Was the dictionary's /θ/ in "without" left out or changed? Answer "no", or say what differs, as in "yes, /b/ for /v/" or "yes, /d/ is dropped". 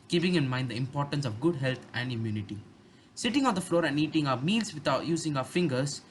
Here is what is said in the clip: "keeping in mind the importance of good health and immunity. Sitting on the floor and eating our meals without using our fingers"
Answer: yes, /t/ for /θ/